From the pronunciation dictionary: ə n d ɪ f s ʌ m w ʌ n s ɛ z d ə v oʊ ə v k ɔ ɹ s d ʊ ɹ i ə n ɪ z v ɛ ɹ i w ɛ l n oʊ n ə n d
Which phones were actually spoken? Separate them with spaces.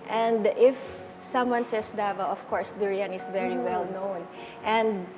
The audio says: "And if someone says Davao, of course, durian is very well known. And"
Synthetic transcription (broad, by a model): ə n d ɪ f s ʌ m w ʌ n s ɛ s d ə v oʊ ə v k ɔ ɹ s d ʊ ɹ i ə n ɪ s v ɛ ɹ i w ɛ l n oʊ n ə n d